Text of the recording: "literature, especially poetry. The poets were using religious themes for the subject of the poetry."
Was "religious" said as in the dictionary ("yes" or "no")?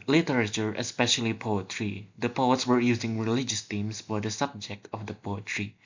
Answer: yes